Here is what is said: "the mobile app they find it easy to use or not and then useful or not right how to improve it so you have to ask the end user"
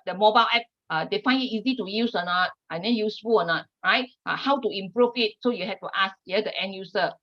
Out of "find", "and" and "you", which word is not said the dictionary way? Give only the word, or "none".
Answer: find